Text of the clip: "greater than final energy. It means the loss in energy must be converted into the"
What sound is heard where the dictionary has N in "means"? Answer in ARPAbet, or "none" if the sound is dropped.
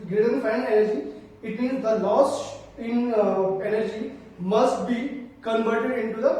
none